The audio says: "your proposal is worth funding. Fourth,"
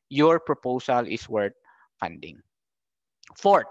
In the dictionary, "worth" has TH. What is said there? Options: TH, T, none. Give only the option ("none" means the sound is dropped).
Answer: T